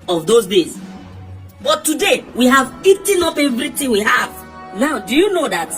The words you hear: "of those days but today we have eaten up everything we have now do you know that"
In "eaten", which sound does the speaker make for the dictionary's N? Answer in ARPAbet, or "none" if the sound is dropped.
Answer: N